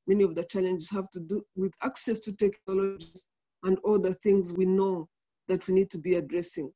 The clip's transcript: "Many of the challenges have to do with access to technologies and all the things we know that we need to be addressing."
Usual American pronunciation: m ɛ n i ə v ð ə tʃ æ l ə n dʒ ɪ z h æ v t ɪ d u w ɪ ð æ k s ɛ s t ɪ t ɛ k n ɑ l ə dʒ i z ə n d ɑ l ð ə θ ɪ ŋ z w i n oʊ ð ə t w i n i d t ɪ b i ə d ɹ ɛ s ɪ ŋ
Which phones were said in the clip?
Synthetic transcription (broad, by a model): m ɛ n i ə v ð ə tʃ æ l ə n dʒ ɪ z h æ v t ɪ d u w ɪ ð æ k s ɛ s t ɪ t ɛ k n ɑ l ə dʒ i z ə n d ɑ l ð ə θ ɪ ŋ z w i n oʊ ð ə t w i n i d t ɪ b i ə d ɹ ɛ s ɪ ŋ